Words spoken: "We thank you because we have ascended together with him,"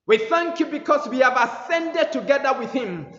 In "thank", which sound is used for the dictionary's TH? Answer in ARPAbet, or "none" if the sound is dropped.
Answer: TH